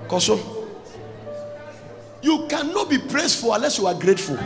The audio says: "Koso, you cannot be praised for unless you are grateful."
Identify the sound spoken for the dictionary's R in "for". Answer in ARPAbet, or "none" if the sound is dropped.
L